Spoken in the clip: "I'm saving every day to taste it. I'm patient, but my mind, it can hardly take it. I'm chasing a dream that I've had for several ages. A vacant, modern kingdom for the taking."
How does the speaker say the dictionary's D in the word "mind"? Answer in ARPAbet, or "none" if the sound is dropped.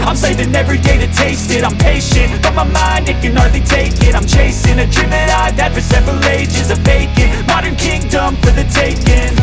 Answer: D